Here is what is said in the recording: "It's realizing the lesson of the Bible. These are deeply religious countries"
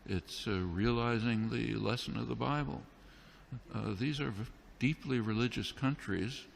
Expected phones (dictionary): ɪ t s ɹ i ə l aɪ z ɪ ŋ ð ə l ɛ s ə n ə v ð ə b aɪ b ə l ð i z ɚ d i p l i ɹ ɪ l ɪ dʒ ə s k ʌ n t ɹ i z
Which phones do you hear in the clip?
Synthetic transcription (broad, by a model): ɪ t s ɹ i ə l aɪ z ɪ ŋ ð ə l ɛ s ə n ə v ð ə b aɪ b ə l ð i z ɚ d i p l i ɹ ɪ l ɪ dʒ ə s k ʌ n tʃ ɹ i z